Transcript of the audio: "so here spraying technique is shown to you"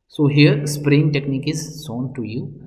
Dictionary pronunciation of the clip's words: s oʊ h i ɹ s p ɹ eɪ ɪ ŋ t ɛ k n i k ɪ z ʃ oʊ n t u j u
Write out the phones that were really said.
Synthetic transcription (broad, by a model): s oʊ h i ɹ s p ɹ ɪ ŋ t ɛ k n i k ɪ z s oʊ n t u j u